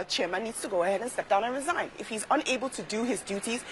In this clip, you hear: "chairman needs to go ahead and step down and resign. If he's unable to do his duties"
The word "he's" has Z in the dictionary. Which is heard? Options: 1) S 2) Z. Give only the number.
2